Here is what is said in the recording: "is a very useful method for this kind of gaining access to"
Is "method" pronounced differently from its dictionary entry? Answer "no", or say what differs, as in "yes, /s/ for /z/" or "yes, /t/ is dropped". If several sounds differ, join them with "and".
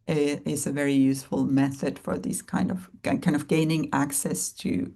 no